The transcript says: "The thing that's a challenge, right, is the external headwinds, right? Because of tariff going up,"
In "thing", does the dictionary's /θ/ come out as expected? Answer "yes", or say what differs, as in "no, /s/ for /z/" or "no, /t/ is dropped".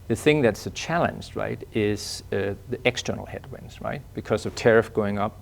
yes